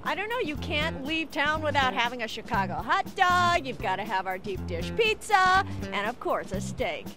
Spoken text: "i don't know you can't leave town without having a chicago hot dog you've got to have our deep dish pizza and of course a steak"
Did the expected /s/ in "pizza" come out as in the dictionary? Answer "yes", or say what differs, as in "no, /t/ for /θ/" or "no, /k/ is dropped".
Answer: yes